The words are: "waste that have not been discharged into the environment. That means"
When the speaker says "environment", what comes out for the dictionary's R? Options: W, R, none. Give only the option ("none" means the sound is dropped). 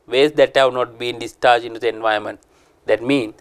none